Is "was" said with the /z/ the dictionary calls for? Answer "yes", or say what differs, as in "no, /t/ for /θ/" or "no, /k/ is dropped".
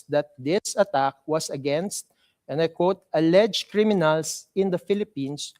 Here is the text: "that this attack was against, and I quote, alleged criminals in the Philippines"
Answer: no, /s/ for /z/